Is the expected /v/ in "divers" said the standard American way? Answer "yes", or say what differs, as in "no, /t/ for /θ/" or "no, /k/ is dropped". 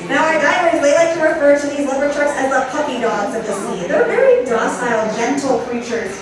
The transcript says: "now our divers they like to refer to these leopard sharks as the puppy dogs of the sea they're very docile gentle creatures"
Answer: no, /v/ is dropped